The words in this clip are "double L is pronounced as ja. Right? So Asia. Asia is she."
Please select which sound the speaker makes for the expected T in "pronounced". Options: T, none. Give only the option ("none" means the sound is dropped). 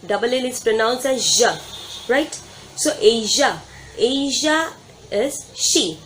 none